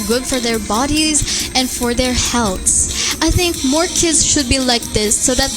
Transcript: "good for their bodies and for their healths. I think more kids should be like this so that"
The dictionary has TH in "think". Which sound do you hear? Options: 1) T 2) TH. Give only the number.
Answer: 2